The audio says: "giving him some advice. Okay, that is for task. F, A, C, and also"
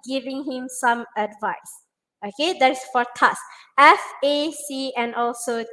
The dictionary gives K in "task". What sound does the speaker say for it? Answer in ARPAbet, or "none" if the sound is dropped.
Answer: none